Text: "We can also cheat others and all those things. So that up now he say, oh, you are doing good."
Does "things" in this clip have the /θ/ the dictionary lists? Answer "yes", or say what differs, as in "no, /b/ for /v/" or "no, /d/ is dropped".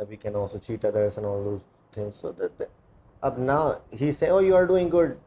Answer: no, /t/ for /θ/